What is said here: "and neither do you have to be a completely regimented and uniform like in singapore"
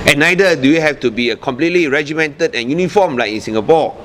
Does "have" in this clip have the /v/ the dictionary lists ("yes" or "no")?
no